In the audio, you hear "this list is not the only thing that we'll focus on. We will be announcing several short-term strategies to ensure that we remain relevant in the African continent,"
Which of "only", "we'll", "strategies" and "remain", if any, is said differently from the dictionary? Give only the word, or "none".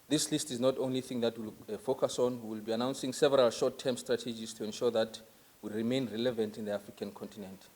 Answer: strategies